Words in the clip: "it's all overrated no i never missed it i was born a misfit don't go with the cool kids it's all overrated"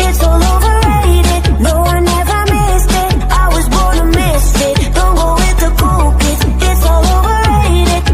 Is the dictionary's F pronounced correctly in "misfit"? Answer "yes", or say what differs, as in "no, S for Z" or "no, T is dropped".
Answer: no, F is dropped